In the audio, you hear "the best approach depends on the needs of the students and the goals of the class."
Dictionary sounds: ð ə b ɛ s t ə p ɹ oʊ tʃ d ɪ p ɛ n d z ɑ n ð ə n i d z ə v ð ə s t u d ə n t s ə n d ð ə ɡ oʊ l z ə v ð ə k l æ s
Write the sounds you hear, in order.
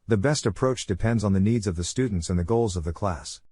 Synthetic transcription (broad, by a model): ð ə b ɛ s t ə p ɹ oʊ tʃ d ɪ p ɛ n d z n ð ə n i d z ə v ð ə s t u d n t s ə n ð ə ɡ oʊ l z ə v ð ə k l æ s